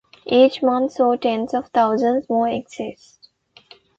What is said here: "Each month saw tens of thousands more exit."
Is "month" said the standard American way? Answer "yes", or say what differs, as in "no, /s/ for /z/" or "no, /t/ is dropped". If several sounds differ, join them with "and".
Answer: no, /t/ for /θ/